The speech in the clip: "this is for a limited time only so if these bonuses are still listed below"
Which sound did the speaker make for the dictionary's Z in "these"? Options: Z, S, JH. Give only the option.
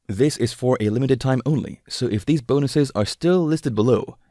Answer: Z